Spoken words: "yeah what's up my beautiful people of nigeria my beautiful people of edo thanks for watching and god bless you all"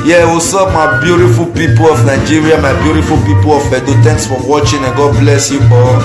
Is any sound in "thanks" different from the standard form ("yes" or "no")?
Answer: yes